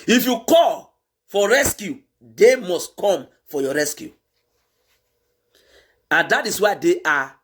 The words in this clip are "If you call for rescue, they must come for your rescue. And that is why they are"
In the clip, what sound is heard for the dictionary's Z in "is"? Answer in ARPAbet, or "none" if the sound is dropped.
S